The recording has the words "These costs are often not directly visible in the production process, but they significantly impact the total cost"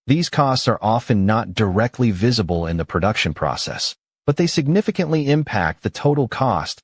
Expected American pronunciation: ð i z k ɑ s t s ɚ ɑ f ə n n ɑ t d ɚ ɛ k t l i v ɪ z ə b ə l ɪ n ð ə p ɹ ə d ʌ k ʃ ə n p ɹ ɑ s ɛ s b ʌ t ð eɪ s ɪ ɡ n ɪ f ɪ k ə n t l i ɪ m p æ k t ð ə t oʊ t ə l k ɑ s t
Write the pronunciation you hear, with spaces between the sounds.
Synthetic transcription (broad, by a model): ð i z k ɑ s t s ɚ ɑ f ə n n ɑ t d ɚ ɛ k t l i v ɪ z ə b ə l ɪ n ð ə p ɹ ə d ʌ k ʃ ə n p ɹ ɑ s ɛ s b ʌ t ð eɪ s ɪ ɡ n ɪ f ɪ k ə n t l i ɪ m p æ k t ð ə t oʊ t l k ɑ s t